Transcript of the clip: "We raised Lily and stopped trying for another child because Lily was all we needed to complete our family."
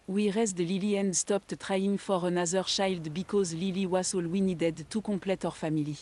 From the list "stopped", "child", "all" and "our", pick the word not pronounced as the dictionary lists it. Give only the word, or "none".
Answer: child